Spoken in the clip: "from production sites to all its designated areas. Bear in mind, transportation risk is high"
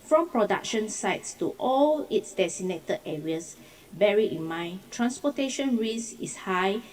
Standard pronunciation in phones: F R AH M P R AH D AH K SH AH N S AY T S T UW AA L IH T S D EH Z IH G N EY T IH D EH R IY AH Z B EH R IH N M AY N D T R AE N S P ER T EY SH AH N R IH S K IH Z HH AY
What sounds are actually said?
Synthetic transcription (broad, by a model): F R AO M P R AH D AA K SH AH N S AY T S T UW AA L IH T S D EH S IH N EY T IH EH R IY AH S B EH R IH N M AY N T R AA N S P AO T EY SH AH N R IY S IH S HH AY